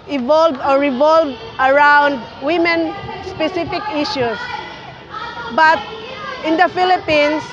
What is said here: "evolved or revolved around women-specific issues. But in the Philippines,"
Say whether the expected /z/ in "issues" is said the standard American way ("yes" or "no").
no